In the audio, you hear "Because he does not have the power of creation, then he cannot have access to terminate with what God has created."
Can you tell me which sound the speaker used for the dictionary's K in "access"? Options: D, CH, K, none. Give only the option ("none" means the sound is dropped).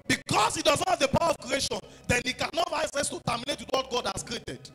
none